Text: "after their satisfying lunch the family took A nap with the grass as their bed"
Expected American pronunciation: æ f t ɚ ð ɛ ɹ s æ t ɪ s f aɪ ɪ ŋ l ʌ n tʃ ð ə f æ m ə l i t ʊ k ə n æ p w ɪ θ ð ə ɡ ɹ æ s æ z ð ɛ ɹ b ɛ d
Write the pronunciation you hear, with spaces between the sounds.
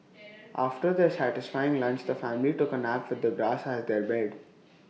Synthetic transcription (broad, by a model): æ f t ɚ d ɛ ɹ s æ t ɪ s f aɪ ɪ ŋ l ʌ n tʃ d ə f æ m ə l i t ʊ k ə n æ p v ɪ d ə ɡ ɹ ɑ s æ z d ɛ ɹ b ɛ d